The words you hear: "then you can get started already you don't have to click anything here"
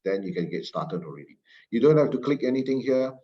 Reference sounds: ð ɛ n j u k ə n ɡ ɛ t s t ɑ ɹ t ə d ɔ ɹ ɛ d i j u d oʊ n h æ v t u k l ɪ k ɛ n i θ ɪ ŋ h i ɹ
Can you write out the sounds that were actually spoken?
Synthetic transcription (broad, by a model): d ɛ n j u k ə n ɡ ɛ t s t ɑ t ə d ɔ ɹ ɛ d i j u d oʊ n h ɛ f t u k l ɪ k ɛ n i t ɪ ŋ h i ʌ